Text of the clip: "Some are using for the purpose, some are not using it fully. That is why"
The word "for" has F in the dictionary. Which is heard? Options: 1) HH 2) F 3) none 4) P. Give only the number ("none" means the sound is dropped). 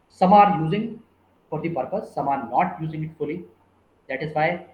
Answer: 4